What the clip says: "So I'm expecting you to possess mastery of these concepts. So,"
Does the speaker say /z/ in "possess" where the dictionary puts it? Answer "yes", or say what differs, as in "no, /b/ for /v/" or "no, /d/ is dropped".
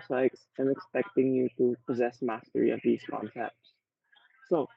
yes